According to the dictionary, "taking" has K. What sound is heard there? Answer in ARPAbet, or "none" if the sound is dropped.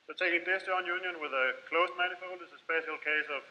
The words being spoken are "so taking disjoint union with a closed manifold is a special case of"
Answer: none